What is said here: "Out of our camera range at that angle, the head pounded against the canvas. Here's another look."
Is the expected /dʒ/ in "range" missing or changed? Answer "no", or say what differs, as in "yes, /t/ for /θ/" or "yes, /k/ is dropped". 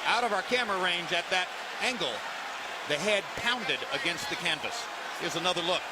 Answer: no